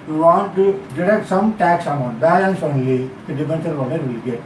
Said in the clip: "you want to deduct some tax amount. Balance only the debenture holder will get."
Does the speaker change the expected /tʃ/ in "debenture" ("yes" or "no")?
yes